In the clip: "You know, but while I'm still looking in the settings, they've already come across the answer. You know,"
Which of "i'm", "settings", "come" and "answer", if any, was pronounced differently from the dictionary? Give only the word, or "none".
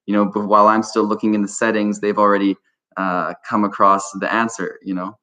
none